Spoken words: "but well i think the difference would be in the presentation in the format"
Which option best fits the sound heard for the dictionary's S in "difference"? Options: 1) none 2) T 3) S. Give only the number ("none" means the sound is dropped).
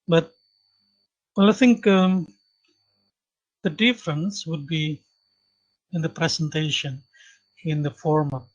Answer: 3